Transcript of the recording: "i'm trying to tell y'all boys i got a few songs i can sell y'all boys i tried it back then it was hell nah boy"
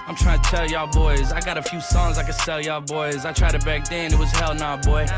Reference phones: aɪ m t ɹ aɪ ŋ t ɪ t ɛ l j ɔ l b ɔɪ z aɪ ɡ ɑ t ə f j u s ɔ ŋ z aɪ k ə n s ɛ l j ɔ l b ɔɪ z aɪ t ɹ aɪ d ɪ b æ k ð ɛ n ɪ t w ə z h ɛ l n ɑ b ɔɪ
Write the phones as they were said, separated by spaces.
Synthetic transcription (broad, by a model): aɪ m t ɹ aɪ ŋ t ɪ t ɛ l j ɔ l b ɔɪ z aɪ ɡ ɑ t ə f j u s ɔ ŋ z aɪ k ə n s ɛ l j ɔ b ɔɪ z aɪ t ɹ aɪ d ɪ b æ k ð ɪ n ɪ t w ə z h ɛ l n ɑ b ɔɪ